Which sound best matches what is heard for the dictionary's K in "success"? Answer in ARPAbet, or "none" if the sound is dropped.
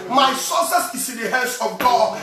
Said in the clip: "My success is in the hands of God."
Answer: none